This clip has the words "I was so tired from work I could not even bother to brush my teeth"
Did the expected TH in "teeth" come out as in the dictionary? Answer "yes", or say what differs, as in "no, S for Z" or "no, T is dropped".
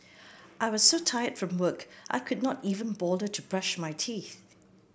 yes